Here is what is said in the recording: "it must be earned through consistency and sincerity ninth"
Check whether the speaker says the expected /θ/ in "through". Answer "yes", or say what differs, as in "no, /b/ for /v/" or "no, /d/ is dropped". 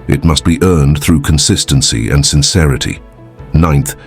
yes